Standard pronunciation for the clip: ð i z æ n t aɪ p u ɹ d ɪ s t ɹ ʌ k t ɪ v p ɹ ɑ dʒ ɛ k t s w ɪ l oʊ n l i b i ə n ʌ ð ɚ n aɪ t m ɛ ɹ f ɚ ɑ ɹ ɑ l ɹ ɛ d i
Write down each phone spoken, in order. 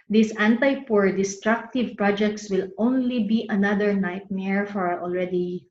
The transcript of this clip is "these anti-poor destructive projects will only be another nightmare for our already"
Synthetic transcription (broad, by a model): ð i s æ n t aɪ p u ɹ d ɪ s t ɹ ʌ k t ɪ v p ɹ ɑ dʒ ɛ k t s w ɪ l oʊ n l i b i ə n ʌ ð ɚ n aɪ t m ɛ ɹ f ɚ ɑ ɹ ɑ l ɹ ɛ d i